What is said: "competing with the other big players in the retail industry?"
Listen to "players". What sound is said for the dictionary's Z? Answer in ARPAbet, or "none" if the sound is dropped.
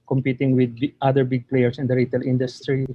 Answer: S